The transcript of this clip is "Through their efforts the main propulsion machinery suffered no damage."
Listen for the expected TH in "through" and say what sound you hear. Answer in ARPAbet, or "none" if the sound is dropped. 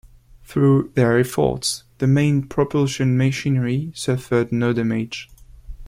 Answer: TH